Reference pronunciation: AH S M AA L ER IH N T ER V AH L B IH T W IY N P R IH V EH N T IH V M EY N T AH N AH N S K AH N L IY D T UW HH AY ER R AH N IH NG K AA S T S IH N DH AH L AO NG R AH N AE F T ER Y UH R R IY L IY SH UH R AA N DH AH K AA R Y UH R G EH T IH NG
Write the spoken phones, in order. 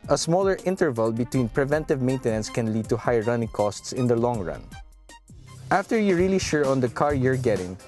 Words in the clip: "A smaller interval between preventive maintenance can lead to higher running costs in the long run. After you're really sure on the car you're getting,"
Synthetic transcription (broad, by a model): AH S M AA L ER IH N T ER V AH L B IH T W IY N P R IH V EH N T IH V M EY N T AH N AH N S K AH N L IY D T UW HH AY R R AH N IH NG K AA S T S IH N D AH L AO NG R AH N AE F T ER Y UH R R IY L IY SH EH R AA N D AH K AA R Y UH R G EH T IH NG